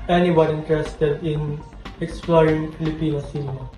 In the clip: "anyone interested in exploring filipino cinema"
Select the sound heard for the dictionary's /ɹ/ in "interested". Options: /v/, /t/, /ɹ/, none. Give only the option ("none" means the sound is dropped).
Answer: /ɹ/